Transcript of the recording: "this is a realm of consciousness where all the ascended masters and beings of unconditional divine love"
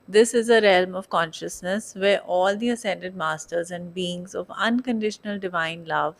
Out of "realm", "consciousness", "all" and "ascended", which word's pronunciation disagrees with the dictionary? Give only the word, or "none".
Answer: none